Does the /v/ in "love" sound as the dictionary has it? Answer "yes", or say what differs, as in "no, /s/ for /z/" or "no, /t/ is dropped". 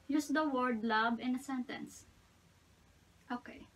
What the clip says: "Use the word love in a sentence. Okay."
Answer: no, /b/ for /v/